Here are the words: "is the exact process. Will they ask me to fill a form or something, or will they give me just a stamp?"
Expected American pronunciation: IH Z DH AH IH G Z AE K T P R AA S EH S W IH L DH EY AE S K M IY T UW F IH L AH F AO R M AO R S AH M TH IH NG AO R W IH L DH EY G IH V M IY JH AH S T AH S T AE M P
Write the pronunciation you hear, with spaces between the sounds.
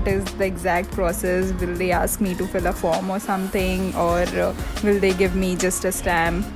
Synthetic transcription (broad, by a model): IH Z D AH IH G Z AE K T P R AA S EH S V IH L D EY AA S K M IY T UW F IH L AH F AO R M AO R S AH M T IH NG AO R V IH L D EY G IH V M IY JH AH S T AH S T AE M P